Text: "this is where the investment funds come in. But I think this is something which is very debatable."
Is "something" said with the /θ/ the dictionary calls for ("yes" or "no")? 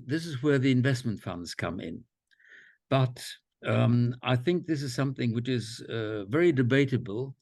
yes